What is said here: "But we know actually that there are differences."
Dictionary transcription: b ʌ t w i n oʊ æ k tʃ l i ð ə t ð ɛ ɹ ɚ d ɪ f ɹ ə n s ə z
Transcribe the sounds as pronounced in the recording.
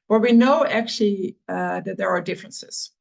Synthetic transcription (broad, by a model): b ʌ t w i n oʊ æ k tʃ l i ð ə t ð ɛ ɹ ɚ d ɪ f ɹ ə n s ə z